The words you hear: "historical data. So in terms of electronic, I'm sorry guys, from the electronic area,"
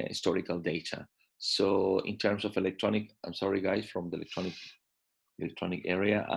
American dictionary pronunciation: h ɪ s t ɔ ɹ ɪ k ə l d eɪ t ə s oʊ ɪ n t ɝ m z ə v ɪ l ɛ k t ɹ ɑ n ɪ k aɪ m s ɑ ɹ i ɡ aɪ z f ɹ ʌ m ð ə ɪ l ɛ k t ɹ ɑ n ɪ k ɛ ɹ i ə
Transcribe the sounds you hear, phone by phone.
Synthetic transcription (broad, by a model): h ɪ s t ɔ ɹ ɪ k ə l d eɪ t ə s oʊ ɪ n t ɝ m s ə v ɪ l ɛ k t ɹ ɑ n ɪ k aɪ m s ɑ ɹ i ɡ aɪ s f ɹ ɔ m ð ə ɪ l ɛ k t ɹ ɑ n ɪ k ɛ ɹ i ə